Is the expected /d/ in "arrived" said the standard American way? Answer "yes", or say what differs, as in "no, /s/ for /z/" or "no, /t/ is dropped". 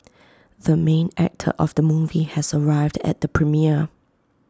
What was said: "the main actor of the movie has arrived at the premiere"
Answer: yes